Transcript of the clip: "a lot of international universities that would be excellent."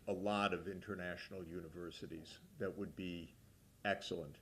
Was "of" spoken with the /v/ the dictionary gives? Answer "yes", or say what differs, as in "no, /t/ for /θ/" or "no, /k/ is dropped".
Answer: yes